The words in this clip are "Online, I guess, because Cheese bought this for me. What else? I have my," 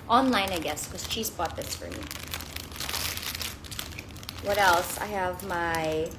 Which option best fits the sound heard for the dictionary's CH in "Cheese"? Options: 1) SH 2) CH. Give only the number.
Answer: 1